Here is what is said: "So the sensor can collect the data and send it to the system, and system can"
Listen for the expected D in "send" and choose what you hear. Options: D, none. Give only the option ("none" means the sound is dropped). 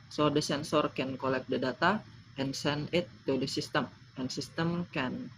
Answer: none